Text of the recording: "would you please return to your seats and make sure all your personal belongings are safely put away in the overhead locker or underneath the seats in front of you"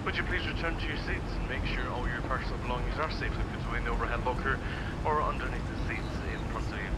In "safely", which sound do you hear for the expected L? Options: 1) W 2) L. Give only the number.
1